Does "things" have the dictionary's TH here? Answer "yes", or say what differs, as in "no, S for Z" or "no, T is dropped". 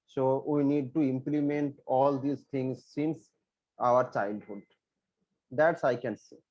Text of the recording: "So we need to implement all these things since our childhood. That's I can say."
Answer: no, T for TH